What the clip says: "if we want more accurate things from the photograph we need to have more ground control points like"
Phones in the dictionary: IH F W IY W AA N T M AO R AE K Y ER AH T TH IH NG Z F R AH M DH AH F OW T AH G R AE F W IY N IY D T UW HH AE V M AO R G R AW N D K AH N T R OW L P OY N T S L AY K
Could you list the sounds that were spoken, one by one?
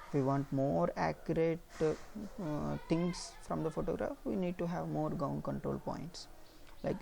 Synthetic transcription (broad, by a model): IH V IY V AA N T M AO R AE K Y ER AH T T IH NG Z F R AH M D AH F OW T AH G R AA F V IY N IY D T UW HH AE V M AO R G AW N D K AH N T R OW L P OY N T S L AY K